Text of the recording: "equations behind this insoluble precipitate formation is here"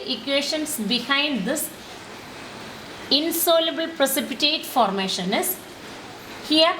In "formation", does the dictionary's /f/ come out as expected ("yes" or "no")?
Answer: yes